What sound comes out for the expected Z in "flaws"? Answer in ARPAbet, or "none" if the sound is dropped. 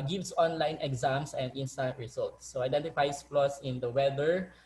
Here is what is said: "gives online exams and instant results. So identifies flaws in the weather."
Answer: S